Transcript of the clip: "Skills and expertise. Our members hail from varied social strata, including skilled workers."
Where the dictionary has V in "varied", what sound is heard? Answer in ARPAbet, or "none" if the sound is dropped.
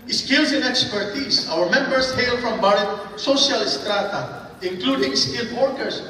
B